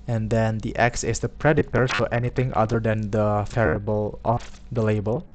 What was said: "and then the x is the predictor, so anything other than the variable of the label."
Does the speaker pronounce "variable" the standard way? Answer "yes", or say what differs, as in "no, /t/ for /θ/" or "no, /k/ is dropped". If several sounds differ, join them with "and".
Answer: no, /f/ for /v/